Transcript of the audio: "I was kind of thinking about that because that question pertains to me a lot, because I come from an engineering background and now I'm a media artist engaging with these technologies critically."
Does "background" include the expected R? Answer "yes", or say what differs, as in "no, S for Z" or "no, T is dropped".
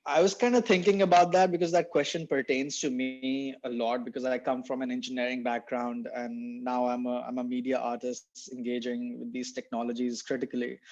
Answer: yes